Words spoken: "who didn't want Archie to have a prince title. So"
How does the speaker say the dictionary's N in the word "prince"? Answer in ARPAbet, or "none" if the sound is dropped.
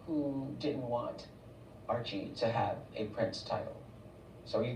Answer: N